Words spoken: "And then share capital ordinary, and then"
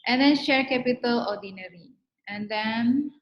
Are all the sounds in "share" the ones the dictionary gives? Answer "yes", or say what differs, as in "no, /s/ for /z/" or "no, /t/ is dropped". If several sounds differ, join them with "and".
yes